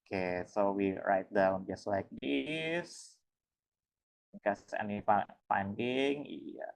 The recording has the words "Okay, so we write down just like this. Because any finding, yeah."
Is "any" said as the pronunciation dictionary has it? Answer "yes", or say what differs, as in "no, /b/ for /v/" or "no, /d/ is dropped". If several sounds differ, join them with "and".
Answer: no, /n/ is dropped